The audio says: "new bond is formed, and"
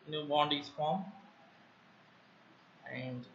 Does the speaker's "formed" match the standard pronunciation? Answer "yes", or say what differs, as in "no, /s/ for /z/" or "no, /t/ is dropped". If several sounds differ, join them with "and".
no, /d/ is dropped